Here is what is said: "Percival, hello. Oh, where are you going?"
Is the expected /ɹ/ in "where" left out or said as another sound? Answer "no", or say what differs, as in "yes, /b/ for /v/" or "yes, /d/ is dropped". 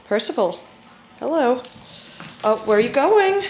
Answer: yes, /w/ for /ɹ/